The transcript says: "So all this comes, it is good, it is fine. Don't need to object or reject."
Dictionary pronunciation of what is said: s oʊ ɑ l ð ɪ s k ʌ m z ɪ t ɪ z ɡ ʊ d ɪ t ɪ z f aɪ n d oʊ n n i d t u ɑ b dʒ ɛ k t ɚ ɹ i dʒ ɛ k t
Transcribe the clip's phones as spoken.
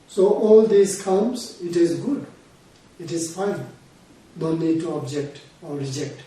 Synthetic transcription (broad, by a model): s oʊ ɑ l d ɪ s k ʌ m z ɪ t ɪ z ɡ ʊ d ɪ t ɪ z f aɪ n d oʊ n n i d t u ɑ b dʒ ɛ k t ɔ ɹ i dʒ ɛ k t